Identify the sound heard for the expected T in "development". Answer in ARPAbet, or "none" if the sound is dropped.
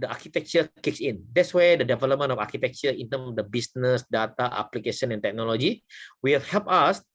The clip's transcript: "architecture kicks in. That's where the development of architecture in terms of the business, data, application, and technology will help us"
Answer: none